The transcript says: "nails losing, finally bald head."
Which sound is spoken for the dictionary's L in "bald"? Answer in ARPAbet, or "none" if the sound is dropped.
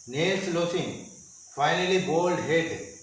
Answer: L